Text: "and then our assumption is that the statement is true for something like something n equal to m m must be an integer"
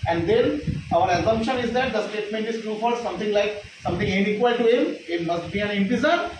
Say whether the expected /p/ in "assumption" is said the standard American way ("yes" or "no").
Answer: yes